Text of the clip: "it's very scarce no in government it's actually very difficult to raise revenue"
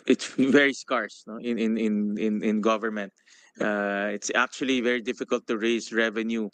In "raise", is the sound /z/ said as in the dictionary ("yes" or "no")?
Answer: no